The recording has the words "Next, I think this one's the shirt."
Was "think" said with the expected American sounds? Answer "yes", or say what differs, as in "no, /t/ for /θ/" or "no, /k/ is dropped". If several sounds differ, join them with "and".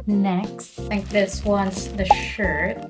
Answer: no, /ŋ/ is dropped